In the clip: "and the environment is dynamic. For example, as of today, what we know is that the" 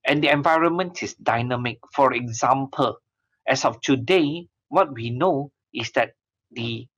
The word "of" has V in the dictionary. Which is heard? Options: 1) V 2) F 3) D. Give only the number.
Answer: 2